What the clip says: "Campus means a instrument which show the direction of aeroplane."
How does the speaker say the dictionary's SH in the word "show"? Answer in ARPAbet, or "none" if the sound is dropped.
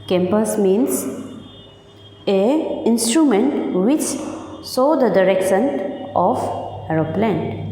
S